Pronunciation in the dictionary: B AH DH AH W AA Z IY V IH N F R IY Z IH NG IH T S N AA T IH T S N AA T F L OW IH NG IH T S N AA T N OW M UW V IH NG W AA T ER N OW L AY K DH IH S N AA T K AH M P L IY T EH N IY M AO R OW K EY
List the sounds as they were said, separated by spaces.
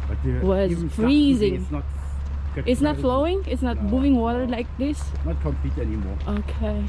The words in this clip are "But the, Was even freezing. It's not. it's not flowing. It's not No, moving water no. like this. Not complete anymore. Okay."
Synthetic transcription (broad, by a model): W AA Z F R IY Z IH NG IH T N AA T IH T S N AA T F L OW IH NG IH T S N AA T M UW V IH NG W AA T ER L AY K DH IH S N AA T K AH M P IY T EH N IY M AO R OW K EY